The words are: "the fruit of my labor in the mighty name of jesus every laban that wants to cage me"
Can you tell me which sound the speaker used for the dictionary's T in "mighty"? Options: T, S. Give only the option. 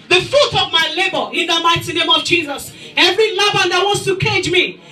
T